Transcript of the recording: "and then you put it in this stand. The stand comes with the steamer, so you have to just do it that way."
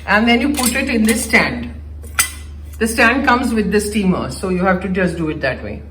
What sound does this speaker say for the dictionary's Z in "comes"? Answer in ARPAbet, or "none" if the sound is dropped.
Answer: Z